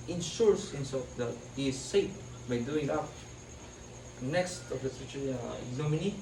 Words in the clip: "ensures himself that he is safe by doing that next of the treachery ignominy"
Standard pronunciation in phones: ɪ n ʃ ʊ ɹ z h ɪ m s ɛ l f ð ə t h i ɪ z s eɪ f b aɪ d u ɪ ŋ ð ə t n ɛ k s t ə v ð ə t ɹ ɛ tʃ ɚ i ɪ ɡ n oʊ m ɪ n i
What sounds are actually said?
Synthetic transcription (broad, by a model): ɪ n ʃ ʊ ɹ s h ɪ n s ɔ f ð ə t h i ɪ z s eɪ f b aɪ d u ɪ ŋ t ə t n ɛ k s t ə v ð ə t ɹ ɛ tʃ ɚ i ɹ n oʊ m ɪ n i